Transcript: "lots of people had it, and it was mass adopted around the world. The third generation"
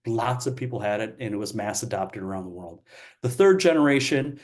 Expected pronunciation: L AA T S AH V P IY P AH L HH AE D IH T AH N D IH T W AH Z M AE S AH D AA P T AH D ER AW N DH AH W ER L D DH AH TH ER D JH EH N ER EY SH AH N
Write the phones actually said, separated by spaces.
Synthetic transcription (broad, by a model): L AA T S AH V P IY P L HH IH D IH T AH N IH T W AH Z M AE S AH D AA P T AH D ER AW N DH AH W ER L D DH AH TH ER D JH EH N ER EY SH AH N